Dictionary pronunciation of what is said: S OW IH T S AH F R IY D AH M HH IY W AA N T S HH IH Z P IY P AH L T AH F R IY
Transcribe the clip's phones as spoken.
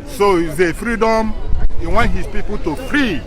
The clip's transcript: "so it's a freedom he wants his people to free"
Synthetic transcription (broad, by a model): S OW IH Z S AH F R IY D AH M HH IY W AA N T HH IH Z P IY P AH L T AH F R IY